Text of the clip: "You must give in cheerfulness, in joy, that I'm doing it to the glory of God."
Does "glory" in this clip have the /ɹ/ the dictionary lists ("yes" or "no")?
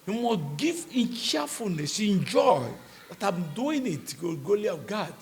no